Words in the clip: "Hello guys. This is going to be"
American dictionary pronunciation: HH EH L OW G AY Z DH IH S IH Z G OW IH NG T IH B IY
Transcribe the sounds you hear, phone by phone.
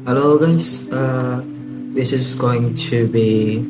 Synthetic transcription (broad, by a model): HH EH L OW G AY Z DH IH S IH Z G OW IH NG T IH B IY